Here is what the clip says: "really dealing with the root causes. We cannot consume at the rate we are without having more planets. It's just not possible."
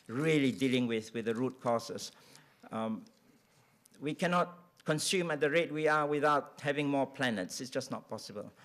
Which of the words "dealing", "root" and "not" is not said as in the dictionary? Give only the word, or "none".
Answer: none